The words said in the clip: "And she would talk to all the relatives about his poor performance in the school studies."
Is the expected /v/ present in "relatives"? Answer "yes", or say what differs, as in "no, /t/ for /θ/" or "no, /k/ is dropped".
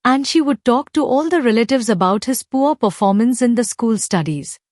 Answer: yes